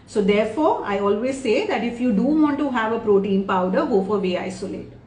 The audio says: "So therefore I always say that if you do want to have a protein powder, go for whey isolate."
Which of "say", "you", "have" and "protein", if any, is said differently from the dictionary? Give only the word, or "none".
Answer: none